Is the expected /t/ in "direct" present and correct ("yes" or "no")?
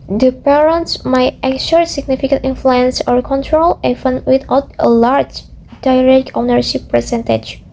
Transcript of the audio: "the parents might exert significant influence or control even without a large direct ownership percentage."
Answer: no